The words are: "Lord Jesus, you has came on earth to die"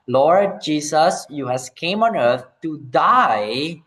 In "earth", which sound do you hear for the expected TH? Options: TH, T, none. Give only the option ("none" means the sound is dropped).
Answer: T